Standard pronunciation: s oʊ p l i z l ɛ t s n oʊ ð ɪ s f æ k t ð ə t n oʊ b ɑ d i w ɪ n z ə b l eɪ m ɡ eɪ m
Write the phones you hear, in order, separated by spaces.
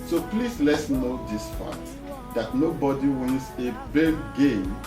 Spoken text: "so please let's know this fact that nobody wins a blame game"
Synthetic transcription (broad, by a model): s oʊ p l i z l ɛ t s n oʊ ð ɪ s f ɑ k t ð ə t n oʊ b ɑ d i w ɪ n s ə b eɪ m ɡ eɪ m